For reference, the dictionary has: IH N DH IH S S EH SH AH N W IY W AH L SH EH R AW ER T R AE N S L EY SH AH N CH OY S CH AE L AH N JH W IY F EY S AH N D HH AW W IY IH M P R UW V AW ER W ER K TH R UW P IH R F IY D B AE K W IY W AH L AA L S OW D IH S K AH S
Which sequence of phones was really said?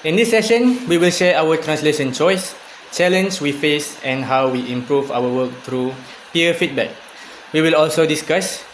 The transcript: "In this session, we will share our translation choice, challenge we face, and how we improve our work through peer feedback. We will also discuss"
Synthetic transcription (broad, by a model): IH N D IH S S EH SH AH N W IY W AH L SH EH AW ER T R AE N S L EY SH AH N CH OY S CH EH L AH N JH W IY F EY S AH N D HH AW W IY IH M P R UW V AW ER W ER K T R UW P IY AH F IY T B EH K W IY W AH L AA L S OW D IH S K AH S